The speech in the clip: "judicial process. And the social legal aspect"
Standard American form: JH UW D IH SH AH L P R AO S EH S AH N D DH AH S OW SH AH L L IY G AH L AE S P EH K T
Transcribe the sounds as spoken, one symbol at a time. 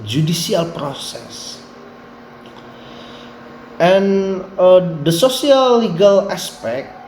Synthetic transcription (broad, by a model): JH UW D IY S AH L P R AO S EH S AH N D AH S OW S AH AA L IY G AH L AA S P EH K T